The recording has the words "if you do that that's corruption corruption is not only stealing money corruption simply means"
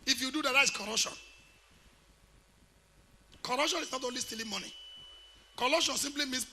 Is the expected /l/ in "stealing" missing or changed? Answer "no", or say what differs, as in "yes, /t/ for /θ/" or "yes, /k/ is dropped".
no